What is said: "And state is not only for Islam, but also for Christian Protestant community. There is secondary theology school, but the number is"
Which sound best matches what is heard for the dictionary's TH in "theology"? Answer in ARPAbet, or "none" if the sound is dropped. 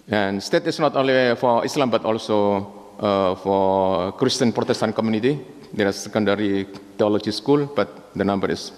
T